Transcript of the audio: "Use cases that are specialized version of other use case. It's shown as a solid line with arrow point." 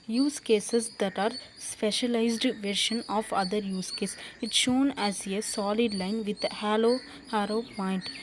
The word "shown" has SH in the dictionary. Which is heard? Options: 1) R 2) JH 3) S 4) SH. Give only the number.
4